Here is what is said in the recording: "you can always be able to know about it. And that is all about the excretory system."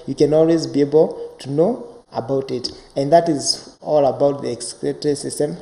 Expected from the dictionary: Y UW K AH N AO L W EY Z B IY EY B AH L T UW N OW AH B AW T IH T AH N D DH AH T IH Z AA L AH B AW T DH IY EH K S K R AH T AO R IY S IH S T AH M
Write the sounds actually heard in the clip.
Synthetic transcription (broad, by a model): Y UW K AH N AO L W EY Z B IY EY B AH L T UW N OW AH B AW T IH T AH N D DH AH T IH Z AA L AH B AW T DH IY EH K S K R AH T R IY S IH S T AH M